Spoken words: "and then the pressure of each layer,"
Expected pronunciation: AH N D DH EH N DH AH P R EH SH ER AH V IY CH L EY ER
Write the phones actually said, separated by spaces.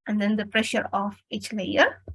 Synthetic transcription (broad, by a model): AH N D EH N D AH P R EH SH ER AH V IY CH L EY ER